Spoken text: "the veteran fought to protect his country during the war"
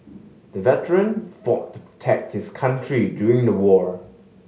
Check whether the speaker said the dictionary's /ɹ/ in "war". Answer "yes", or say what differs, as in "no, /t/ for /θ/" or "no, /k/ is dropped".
yes